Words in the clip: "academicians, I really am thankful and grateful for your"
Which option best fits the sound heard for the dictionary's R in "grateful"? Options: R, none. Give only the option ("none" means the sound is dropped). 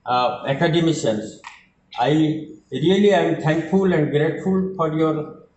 R